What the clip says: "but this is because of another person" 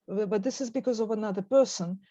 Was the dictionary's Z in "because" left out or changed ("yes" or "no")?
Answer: no